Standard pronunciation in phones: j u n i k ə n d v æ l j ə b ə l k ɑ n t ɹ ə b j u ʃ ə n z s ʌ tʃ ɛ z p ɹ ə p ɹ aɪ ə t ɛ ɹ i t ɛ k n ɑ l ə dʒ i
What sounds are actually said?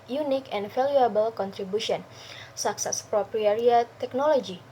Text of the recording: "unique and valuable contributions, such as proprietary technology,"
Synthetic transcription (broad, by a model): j u n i k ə n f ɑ l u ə b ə l k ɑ n t ɹ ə b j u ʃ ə n s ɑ s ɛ s p ɹ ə p ɹ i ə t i i t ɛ k n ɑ l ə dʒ i